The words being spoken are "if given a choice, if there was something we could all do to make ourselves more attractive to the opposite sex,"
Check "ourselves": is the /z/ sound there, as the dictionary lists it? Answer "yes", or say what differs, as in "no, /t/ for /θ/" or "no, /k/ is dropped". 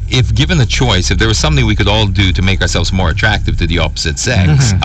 yes